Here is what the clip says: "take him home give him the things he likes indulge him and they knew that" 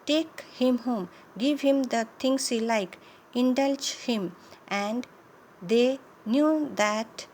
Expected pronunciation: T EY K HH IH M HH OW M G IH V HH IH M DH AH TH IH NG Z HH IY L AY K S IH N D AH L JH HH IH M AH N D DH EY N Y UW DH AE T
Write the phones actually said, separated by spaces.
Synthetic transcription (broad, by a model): T EY K HH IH M HH OW M G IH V HH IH M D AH T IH NG S HH IY L AY K IH N D AH L JH HH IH M AH N D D EY N Y UW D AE T